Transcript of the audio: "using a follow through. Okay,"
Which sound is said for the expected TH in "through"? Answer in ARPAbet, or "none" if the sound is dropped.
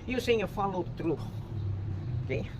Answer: T